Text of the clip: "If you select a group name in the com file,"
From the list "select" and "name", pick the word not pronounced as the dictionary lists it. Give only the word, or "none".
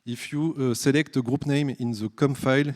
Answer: none